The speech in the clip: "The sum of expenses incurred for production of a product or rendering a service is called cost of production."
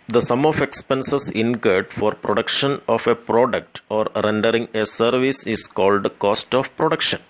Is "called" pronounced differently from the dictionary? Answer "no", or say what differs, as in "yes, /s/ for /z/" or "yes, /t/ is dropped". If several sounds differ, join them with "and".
no